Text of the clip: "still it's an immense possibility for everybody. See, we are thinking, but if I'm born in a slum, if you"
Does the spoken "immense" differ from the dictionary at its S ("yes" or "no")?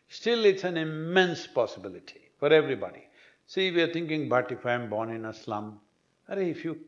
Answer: no